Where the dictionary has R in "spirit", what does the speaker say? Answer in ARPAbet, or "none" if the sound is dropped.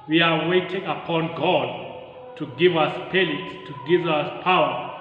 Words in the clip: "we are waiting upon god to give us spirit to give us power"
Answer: L